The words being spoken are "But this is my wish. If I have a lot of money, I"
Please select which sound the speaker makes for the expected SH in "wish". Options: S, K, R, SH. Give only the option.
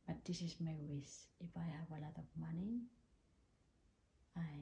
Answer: S